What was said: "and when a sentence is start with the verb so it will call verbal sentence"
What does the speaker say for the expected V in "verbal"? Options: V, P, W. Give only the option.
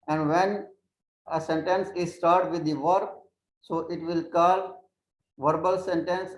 V